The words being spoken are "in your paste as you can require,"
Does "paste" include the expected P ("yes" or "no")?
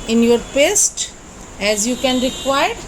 yes